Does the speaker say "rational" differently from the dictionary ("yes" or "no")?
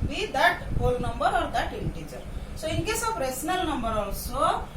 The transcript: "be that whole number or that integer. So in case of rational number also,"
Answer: yes